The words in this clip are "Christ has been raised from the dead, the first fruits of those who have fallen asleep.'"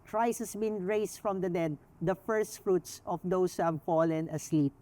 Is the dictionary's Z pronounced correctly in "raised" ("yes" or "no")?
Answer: no